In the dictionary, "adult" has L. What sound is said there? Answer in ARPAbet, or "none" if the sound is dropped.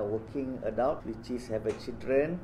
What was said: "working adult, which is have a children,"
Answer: W